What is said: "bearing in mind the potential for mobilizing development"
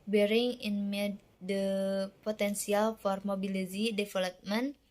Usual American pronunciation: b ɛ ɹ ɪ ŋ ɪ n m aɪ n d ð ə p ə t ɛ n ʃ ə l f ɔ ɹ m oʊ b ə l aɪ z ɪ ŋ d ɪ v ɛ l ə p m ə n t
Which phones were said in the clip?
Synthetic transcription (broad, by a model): b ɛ ɹ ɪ ŋ ɪ n m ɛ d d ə p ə t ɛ n s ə l f ɔ ɹ m oʊ b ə l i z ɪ d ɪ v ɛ l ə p m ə n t